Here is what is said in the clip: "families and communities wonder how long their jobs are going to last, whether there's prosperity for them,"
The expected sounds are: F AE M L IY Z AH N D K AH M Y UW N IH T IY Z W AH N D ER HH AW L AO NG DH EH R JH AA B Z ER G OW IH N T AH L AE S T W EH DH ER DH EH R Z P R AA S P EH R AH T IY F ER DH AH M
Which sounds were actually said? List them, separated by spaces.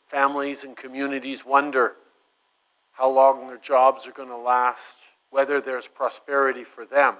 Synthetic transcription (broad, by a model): F AE M L IY Z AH N K AH M Y UW N IH T IY Z W AH N D ER HH AW L AO NG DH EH R JH AA B Z ER G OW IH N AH L AE S T W EH DH ER DH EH R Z P R AA S P EH R AH T IY F ER DH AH M